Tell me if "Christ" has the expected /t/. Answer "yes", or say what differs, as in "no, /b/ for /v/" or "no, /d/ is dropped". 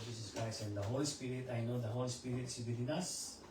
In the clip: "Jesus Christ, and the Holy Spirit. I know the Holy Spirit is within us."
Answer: no, /t/ is dropped